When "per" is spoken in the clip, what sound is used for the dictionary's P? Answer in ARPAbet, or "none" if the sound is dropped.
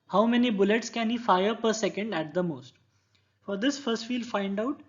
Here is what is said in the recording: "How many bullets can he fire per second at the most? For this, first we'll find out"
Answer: P